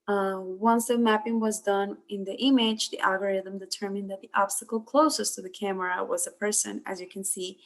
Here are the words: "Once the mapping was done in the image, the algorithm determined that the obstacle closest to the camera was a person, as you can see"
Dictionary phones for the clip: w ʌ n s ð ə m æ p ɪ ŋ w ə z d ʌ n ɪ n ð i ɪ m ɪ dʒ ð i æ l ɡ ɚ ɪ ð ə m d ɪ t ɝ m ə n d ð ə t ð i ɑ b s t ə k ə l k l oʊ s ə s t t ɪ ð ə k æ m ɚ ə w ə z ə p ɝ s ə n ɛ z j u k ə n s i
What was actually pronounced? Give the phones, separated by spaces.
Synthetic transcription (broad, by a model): w ʌ n s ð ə m æ p ɪ ŋ w ə z d ʌ n ɪ n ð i ɪ m ɪ dʒ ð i æ l ɡ ɚ ɪ ð ə m d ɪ t ɝ m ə n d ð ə t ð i ɑ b s t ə k l k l oʊ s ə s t t ɪ ð ə k æ m ɚ ə w ə z ə p ɝ s ə n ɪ z j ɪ k ə n s i